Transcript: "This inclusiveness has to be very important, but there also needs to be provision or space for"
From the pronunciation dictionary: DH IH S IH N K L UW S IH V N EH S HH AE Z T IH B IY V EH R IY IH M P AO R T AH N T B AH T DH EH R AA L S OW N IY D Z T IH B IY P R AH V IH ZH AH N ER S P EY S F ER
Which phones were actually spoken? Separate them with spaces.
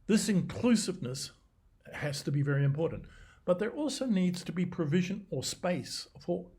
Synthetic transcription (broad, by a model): DH IH S IH N K L UW S IH V N EH S HH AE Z T IH B IY V EH R IY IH M P AO R T N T B AH T DH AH R AA L S OW N IY D Z T IH B IY P R AH V IH ZH AH N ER S P EY S F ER